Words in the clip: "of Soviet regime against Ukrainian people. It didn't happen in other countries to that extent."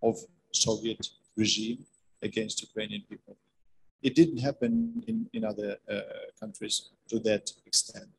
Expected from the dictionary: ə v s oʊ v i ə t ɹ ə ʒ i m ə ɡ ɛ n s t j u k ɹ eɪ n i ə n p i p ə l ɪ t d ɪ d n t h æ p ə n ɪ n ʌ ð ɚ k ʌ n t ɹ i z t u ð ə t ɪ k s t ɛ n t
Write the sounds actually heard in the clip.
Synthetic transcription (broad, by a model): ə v s oʊ v i ə t ɹ ə ʒ i m ə ɡ ɛ n s t j u k ɹ eɪ n i ə n p i p ə l ɪ t d ɪ d n t h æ p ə n ɪ n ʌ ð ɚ k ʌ n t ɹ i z t u ð ə t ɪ k s t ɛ n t